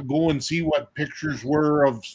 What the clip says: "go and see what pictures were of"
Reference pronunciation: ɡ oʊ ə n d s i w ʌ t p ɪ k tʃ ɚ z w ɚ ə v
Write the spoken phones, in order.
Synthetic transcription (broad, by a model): ɡ oʊ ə n s i w ʌ t p ɪ k tʃ ɚ z w ɚ ə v